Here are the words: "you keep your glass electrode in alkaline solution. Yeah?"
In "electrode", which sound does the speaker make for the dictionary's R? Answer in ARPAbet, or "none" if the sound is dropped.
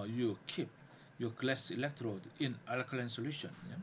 R